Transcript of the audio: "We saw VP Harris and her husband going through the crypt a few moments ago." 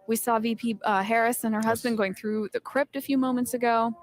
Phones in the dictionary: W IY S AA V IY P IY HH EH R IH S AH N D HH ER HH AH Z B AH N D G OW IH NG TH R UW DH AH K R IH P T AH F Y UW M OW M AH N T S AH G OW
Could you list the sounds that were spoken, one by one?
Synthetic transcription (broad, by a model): W IY S AA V IY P IY HH EH R IH S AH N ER HH AH Z B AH N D G OW IH NG TH R UW DH AH K R IH P T AH F Y UW M OW M AH N T S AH G OW